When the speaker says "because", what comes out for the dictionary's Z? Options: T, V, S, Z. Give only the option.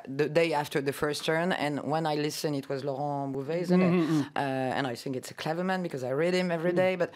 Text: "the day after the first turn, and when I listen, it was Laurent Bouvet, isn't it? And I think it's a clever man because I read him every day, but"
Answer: Z